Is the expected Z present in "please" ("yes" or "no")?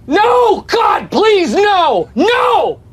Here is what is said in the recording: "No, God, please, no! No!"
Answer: yes